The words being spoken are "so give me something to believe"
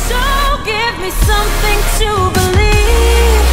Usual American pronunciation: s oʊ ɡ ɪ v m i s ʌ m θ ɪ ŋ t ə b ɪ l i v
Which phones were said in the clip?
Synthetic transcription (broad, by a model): s oʊ ɡ ɪ v m i s ʌ m θ ɪ ŋ t ə b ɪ l i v